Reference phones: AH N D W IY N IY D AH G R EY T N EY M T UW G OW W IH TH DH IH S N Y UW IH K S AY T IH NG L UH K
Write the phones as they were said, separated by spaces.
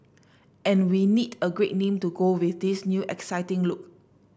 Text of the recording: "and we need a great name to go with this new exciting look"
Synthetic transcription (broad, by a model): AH N W IY N IY D AH G R EY T N EY M T UW G OW W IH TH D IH S N Y UW IH K S AY T IH NG L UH K